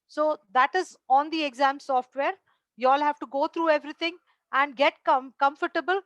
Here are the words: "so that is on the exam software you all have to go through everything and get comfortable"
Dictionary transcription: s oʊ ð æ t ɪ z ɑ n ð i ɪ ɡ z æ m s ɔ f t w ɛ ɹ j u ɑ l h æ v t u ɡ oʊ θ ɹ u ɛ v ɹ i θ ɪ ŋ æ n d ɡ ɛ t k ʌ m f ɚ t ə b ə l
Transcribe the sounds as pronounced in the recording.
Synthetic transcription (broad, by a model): s oʊ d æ t ɪ z ɑ n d i ɪ ɡ z æ m s ɔ f t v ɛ ɹ j u ɑ l h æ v t u ɡ oʊ t ɹ u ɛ v ɹ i t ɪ ŋ æ n d ɡ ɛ t k ʌ m f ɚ t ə b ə l